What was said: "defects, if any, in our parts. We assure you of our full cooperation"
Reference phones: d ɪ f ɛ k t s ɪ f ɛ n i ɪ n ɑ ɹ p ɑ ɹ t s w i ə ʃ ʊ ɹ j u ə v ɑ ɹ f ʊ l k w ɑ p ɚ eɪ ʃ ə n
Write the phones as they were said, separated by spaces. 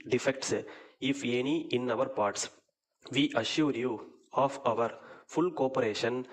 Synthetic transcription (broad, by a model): d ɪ f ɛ k t s ɪ f ɛ n i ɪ n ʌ ɹ p ɑ ɹ t s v i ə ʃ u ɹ j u ə v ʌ ɹ f ʊ l k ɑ p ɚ eɪ ʃ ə n